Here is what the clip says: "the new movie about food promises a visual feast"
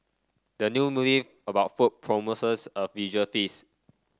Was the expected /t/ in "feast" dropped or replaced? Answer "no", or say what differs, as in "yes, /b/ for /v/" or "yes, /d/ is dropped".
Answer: yes, /t/ is dropped